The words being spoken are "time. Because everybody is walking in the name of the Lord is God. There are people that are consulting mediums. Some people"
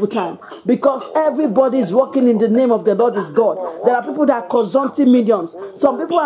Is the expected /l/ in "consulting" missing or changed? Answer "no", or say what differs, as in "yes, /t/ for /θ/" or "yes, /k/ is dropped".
yes, /n/ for /l/